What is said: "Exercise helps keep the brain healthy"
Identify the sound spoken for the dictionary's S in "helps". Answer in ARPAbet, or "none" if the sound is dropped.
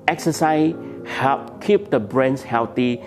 none